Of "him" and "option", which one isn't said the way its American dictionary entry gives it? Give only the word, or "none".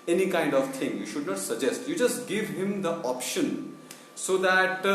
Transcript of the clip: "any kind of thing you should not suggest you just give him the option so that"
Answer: none